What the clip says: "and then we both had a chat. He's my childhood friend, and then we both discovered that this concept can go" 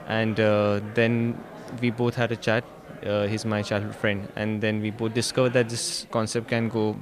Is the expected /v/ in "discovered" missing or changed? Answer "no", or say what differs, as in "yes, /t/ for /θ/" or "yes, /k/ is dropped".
no